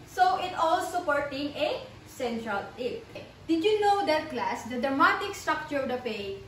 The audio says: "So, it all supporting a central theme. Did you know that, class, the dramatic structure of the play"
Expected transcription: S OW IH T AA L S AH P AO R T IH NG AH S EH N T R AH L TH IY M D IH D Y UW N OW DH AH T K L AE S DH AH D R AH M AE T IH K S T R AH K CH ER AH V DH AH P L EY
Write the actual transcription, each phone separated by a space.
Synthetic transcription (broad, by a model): S OW IH T AA L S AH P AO R T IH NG AH S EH N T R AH L T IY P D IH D Y UW N OW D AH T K L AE S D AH D R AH M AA T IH K S T R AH K CH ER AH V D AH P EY